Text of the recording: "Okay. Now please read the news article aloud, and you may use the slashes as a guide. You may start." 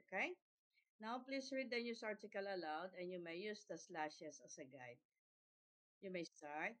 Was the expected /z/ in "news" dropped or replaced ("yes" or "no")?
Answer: yes